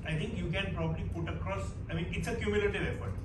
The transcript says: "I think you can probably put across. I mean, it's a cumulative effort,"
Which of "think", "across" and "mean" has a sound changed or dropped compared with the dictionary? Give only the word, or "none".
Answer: think